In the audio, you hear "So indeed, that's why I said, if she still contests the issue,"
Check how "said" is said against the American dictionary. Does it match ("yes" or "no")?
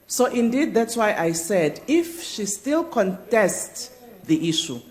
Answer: yes